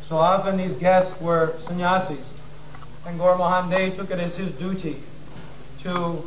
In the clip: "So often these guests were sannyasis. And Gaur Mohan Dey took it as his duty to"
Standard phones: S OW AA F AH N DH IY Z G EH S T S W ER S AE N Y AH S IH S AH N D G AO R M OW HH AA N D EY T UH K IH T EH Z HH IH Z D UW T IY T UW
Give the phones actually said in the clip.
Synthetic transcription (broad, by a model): S OW AA F AH N DH IY Z G EH S T S W ER S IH N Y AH S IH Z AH N G AO R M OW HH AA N D EY T UH K IH T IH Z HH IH Z D UW T IY T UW